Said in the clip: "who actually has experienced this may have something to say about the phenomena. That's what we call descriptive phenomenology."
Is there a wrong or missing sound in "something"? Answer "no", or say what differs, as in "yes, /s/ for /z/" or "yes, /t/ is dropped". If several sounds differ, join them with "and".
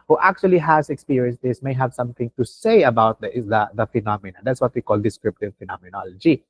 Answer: yes, /t/ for /θ/